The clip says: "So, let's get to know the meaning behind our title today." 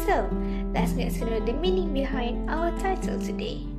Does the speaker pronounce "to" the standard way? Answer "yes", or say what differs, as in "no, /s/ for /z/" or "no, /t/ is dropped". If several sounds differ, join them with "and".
no, /s/ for /t/